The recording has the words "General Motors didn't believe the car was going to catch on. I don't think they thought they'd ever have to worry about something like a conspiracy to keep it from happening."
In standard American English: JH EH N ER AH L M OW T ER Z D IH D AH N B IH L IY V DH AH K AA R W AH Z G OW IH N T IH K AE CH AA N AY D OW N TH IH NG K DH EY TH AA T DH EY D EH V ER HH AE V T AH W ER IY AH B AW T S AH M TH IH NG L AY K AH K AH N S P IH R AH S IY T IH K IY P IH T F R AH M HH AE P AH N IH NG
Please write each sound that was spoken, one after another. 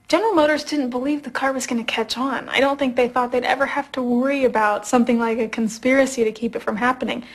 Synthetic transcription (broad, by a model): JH EH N ER L M OW T ER Z D IH D N B IH L IY V DH AH K AA R W AH Z G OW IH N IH K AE CH N AY D OW N TH IH NG K DH EY TH AA T DH EY D EH V ER HH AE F T AH W ER IY AH B AW T S AH M TH IH NG L AY K AH K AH N S P IH R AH S IY T IH K IY P IH T F R AH M HH AE P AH N IH NG